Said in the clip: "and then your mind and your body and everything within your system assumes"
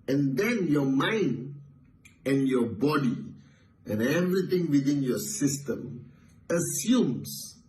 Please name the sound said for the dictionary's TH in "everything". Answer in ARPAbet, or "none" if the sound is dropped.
T